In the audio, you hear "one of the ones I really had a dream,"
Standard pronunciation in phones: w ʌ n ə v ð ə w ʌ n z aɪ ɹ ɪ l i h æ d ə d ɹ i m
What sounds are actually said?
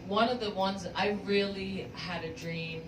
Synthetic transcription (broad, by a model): w ʌ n ə v ð ə w ʌ n z aɪ ɹ ɪ l i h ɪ d ə d ɹ i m